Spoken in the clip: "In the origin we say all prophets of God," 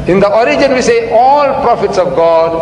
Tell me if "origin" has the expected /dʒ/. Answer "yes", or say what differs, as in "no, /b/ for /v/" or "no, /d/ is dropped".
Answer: yes